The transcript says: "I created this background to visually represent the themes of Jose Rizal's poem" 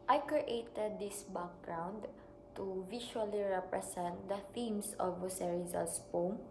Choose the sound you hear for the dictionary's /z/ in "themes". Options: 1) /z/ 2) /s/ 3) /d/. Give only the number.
2